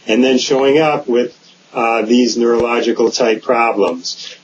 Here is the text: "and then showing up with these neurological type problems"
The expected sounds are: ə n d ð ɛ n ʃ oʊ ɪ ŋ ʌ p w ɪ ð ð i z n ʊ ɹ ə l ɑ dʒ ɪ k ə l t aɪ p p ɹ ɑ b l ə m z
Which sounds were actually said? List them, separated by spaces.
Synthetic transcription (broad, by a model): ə n ð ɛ n ʃ oʊ ɪ ŋ ʌ p w ɪ ð ð i z n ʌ ɹ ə l ɑ dʒ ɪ k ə l t aɪ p p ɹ ɑ b l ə m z